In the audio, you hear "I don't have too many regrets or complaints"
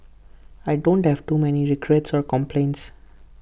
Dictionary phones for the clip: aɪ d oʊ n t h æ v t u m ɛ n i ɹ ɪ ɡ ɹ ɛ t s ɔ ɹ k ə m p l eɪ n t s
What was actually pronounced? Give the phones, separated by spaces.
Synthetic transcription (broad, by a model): aɪ d oʊ n t h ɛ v t u m ɛ n i ɹ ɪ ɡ ɹ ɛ t s ɔ ɹ k ə m p l eɪ n t s